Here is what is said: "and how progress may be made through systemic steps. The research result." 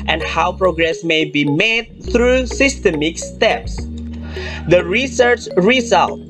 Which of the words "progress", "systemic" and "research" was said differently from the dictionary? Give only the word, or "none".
none